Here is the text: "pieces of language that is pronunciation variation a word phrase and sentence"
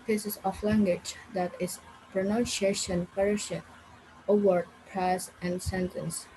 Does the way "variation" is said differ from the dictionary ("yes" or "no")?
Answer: yes